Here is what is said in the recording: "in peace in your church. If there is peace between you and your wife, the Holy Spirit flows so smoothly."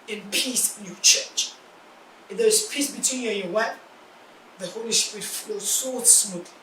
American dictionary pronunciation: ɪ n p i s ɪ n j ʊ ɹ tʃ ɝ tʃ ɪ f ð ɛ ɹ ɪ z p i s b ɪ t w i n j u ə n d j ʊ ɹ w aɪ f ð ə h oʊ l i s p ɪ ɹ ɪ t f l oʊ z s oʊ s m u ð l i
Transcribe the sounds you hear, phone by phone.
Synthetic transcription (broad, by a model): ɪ n p i s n j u tʃ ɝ tʃ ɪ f ð ɛ ɹ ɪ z p i s b ɪ t w i n j u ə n j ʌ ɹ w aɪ p ð ə h oʊ l i s p ɹ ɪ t f oʊ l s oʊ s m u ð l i